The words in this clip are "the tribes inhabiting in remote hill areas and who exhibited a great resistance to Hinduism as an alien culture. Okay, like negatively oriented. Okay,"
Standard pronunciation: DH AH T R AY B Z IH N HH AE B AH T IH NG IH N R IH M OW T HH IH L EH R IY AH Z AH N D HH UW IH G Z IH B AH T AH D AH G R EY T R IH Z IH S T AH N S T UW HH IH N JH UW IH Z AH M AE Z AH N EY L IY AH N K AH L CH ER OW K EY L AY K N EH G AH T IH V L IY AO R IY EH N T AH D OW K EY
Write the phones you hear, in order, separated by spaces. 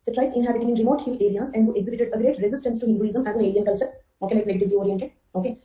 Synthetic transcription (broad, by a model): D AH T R AY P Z IH N HH AE B AH T IH NG IH N R IH M OW T HH IH L EH R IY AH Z AH N D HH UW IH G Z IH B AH T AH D AH G R EY T R IH Z IH S T AH N S T UW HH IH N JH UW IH Z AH M AE Z AH N EY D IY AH N K AH L CH ER OW K EY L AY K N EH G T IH L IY AO R IY EH N T AH D OW K EY